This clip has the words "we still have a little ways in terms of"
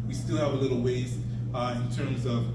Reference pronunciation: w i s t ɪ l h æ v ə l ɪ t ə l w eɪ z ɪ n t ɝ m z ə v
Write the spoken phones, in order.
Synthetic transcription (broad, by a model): w i s t ɪ l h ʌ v ə l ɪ t l w eɪ z ɪ n t ɝ m z ə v